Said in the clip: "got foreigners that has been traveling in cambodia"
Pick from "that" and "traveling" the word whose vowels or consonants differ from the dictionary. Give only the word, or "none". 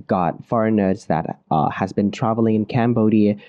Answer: none